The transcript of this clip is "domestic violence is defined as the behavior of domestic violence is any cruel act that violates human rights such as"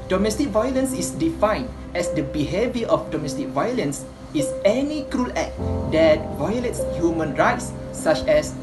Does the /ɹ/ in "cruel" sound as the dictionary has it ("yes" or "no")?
yes